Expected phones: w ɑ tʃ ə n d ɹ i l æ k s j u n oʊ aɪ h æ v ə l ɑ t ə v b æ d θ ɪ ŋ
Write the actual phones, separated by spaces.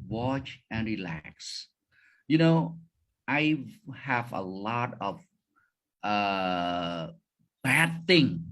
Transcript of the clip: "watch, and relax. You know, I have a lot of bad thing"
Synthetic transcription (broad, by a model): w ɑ tʃ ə n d ɹ i l æ k s j u n oʊ aɪ h æ v ə l ɑ t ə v b æ d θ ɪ ŋ